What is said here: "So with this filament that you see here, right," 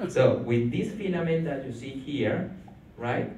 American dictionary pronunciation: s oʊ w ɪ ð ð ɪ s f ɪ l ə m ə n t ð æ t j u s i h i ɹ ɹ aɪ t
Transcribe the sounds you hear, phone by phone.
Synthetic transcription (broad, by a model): s oʊ w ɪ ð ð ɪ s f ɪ n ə m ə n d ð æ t j u s i h i ɹ ɹ aɪ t